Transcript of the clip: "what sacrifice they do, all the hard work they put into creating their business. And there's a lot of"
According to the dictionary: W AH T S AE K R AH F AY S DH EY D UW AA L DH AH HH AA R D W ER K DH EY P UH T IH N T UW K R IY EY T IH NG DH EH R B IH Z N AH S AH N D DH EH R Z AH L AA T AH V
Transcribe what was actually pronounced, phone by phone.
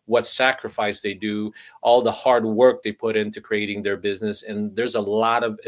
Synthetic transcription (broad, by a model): W AH T S AE K R AH F AY S DH EY D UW AA L DH AH HH AA R D W ER K DH EY P UH T IH N T UW K R IY EY T IH NG DH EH R B IH Z N AH S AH N DH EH R Z AH L AA T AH V